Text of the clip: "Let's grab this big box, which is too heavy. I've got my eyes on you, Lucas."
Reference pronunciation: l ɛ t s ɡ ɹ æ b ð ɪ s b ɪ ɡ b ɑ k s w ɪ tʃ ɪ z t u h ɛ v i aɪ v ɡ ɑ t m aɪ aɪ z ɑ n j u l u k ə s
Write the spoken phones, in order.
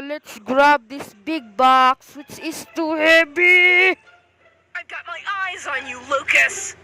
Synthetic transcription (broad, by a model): l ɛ t s ɡ ɹ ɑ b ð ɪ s b ɪ ɡ b ɑ k s w ɪ tʃ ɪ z t u h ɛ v i aɪ v ɡ ɑ t m aɪ aɪ z n j u l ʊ k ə s